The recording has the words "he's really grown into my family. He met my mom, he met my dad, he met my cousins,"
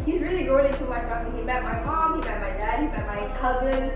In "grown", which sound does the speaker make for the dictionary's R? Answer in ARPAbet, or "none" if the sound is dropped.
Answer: none